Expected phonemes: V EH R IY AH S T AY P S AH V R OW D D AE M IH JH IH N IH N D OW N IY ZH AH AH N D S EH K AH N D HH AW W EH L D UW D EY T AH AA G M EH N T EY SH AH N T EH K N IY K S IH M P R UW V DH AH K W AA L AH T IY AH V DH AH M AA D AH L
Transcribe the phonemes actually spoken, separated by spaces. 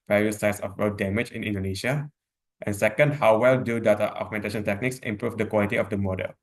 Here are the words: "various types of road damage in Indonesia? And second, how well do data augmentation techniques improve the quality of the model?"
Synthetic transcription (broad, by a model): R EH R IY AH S AY S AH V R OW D D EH M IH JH IH N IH N D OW N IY SH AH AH N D S EH K AH N D HH AW W EH L D UW D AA T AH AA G M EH N T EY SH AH N T EH K N IY K S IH M P R UW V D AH K W AA L AH T IY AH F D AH M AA D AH L